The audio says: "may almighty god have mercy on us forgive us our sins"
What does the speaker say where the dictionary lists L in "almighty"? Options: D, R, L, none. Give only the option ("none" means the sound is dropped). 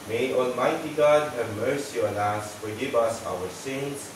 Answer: L